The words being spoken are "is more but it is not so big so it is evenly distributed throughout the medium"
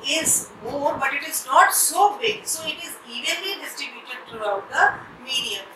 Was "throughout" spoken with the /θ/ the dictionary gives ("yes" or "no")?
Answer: no